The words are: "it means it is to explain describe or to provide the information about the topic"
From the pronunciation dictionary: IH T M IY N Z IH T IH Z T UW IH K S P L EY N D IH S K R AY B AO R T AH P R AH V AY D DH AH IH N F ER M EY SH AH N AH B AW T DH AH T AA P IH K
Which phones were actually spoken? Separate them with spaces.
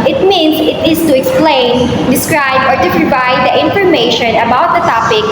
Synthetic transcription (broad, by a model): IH T M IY N S IH T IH S T UW IH K S P L EY N D IH S K R AY B AO R T AH P R AH V AY D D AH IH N F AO M EY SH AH N AH B AW T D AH T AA P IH K